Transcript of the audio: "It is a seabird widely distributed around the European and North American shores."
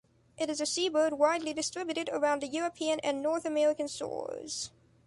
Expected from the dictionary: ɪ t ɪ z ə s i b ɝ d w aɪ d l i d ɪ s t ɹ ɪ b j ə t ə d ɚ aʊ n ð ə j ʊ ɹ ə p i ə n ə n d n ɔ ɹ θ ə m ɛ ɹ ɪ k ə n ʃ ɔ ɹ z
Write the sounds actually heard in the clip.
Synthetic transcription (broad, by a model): ɪ t ɪ z ə s i b ɝ d w aɪ d l i d ɪ s t ɹ ɪ b j ə t ə d ɚ aʊ n ð ə j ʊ ɹ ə p i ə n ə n n ɔ ɹ θ ə m ɛ ɹ ɪ k ə n s ɔ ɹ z